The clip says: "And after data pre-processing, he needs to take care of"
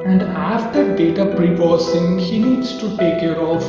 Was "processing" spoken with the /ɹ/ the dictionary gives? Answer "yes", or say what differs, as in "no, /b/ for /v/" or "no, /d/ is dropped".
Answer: no, /ɹ/ is dropped